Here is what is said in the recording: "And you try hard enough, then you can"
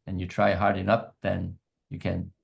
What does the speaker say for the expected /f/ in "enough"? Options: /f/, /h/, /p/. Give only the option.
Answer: /p/